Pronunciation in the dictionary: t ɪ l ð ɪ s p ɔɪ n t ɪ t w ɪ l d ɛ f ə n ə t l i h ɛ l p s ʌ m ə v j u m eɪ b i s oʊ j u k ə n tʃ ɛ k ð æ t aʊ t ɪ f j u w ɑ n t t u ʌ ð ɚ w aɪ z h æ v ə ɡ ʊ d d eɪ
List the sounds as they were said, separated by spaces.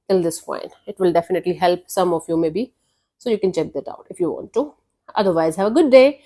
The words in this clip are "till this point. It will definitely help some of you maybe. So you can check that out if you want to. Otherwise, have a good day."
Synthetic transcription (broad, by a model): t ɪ l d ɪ s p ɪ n ɪ t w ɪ l d ɛ f ə n ə t l i h ɛ l p s ʌ m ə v j u m eɪ b i s oʊ j u k ə n tʃ ɛ k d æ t aʊ t ɪ f j u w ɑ n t t u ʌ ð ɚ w aɪ z h æ v ə ɡ ʊ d d eɪ